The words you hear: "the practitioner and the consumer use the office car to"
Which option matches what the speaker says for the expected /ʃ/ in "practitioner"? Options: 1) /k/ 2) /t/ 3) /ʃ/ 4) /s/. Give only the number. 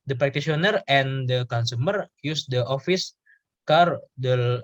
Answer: 4